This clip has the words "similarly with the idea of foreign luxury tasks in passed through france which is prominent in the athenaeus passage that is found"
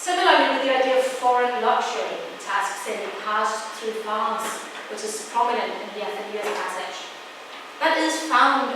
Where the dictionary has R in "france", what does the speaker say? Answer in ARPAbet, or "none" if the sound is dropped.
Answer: none